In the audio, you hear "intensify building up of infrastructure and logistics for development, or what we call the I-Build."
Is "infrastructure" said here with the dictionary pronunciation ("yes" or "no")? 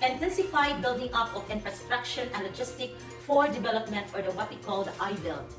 no